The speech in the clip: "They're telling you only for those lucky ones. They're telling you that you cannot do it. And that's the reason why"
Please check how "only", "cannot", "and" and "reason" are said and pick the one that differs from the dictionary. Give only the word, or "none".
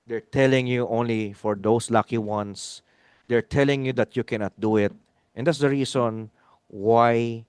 reason